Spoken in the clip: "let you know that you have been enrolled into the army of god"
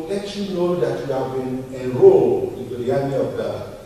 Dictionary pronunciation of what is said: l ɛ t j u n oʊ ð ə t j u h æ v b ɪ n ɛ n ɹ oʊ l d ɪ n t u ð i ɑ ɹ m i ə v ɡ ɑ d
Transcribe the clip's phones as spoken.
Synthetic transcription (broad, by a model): l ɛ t j u n oʊ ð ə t j u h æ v b ɪ n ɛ n ɹ oʊ l ɪ n t u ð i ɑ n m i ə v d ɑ